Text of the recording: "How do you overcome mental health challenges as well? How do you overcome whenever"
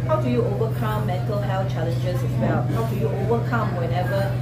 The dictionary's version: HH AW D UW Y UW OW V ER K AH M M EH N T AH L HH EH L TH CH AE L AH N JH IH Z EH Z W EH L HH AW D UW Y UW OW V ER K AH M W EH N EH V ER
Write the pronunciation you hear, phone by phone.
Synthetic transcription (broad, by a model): HH AW D UW Y UW OW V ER K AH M M EH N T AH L HH EH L F CH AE L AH N JH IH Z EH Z W EH L HH AW D UW Y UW OW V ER K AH M W EH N EH V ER